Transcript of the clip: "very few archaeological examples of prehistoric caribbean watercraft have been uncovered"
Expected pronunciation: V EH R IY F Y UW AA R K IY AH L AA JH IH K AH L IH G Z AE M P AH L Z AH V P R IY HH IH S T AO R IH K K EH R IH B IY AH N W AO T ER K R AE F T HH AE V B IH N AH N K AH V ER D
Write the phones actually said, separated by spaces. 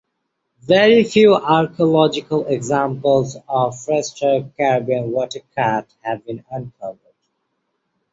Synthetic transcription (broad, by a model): V EH R IY F Y UW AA R K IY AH L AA JH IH K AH L IH G Z AE M P AH L Z AH V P R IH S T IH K K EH R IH B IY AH N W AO T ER K AE T HH AE V B IH N AH N K AH V ER D